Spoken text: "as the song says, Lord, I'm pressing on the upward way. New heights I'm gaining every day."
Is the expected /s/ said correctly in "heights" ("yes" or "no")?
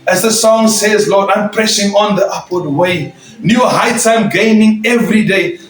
no